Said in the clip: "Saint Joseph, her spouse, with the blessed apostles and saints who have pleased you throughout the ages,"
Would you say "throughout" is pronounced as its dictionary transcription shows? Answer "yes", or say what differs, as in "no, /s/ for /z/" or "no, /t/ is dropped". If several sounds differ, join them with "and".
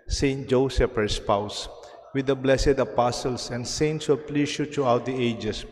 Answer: no, /t/ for /θ/